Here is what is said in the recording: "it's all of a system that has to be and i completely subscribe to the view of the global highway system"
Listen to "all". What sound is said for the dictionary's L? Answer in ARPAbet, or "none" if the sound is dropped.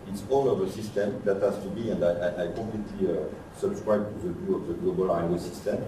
N